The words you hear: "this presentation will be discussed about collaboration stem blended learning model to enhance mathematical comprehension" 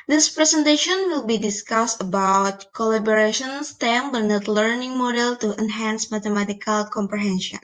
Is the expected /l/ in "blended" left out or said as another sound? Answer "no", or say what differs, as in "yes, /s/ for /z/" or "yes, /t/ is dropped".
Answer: yes, /l/ is dropped